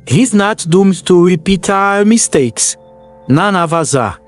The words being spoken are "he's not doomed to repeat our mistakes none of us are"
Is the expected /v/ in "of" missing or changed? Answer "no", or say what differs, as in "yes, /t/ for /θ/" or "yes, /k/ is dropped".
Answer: no